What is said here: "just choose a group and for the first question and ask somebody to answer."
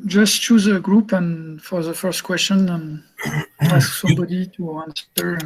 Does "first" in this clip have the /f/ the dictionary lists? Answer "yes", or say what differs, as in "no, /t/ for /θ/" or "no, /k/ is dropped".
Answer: yes